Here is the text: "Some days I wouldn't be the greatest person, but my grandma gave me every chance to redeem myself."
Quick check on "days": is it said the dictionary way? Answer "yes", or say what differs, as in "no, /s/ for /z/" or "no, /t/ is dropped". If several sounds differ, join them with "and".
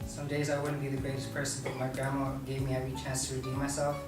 yes